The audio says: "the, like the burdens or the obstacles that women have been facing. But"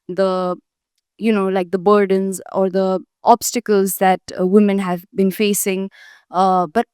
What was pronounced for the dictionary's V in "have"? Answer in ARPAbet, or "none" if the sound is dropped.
V